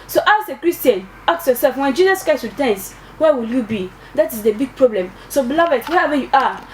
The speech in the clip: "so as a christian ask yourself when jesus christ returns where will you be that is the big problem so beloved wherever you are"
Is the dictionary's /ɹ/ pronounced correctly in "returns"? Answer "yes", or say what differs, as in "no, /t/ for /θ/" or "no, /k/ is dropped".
no, /w/ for /ɹ/